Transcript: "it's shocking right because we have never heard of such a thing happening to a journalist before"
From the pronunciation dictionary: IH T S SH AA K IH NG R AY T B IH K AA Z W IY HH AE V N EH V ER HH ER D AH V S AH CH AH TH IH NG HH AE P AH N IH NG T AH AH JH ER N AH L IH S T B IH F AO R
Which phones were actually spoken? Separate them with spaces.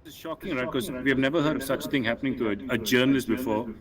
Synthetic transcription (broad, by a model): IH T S SH AA K IH NG R AY T K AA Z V IY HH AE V N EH V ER HH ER D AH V S AH CH AH T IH NG HH AE P AH N IH NG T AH AH JH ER N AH L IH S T B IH F AO R